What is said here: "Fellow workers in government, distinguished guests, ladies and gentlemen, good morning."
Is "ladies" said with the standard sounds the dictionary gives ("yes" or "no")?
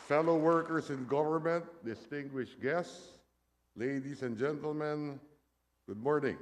no